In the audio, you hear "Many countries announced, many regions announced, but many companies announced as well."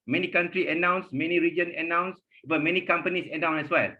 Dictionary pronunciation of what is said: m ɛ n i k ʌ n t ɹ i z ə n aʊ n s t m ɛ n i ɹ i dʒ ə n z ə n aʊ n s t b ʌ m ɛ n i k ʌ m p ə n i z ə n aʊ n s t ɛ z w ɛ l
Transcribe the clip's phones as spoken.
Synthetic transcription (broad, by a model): m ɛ n i k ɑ n t ɹ i ə n aʊ n s m ɛ n i ɹ i dʒ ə n ə n aʊ n s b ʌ m ɛ n i k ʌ m p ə n i s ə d aʊ n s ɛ s w ɛ l